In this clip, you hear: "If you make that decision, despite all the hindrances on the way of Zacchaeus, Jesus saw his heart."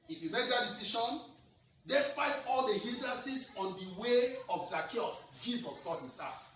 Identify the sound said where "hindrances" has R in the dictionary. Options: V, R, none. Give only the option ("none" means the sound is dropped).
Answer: none